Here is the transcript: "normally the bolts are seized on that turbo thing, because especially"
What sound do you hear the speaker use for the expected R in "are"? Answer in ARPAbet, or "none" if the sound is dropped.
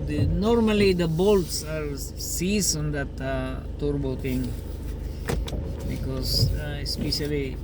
R